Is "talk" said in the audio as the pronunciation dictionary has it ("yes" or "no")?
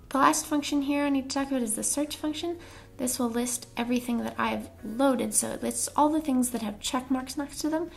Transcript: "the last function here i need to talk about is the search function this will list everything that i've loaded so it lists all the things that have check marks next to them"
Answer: yes